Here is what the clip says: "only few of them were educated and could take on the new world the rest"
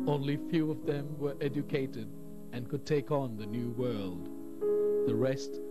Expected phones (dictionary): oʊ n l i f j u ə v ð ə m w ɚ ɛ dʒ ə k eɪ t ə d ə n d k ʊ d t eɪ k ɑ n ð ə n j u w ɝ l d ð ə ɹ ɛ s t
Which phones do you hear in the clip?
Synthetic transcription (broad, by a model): oʊ n l i f j u ə v ð ə m w ɚ ɛ dʒ ə k eɪ t ə d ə n k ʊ d t eɪ k n ð ə n j u w ɝ l d ð ə ɹ ɛ s t